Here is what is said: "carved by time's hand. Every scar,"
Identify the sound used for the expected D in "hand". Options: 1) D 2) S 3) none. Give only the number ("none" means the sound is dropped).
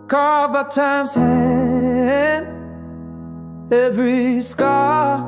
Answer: 3